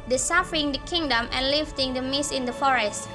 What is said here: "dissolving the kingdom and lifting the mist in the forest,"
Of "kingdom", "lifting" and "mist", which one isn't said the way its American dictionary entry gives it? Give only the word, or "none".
mist